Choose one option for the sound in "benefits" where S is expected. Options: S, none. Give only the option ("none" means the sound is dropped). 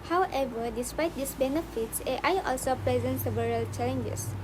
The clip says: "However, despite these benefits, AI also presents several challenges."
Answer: S